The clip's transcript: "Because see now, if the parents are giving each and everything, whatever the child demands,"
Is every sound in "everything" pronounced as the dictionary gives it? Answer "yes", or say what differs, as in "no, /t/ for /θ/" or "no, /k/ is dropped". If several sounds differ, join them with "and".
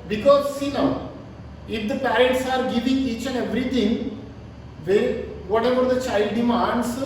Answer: no, /t/ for /θ/